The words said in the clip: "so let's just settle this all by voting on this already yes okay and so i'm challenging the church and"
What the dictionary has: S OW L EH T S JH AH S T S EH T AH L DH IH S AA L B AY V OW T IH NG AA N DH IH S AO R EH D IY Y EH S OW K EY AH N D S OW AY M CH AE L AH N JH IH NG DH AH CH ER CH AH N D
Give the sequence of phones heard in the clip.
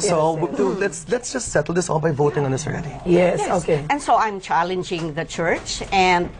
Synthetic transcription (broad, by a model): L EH L EH T S JH AH S T S EH T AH L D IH S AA N B AY V OW T IH NG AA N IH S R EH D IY Y EH S OW K EY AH N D S OW AY M CH AE L AH N JH IH NG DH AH CH ER CH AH N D